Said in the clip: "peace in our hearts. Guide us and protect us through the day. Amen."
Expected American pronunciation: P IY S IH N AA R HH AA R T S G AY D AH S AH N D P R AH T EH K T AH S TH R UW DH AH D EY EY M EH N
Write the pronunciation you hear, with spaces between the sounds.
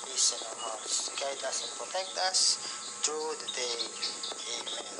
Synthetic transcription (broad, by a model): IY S IH N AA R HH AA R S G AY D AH S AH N P R AH T EH K T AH S T R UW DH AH D EY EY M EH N